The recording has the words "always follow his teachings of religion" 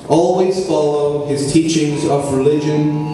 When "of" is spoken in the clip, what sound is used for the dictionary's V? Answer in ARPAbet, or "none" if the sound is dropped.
V